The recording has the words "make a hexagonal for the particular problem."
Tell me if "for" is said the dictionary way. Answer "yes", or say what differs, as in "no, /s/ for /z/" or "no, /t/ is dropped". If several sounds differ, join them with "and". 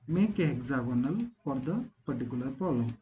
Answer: no, /p/ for /f/